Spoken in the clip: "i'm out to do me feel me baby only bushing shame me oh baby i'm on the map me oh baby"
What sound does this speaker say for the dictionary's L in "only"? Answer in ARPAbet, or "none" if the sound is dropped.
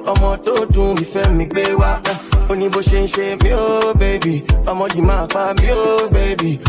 none